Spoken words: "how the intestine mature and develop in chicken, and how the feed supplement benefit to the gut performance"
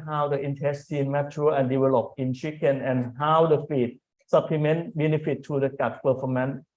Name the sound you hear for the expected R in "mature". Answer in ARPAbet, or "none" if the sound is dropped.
L